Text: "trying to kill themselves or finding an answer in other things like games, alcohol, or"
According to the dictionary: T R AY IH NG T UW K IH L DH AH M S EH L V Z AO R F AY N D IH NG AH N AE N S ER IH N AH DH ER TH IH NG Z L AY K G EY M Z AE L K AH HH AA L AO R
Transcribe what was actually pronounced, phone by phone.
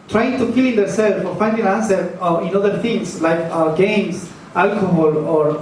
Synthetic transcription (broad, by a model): T R AY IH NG T UW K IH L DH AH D S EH L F AO R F AY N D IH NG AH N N S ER IH N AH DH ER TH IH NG S L AY K G EY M S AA L K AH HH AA L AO R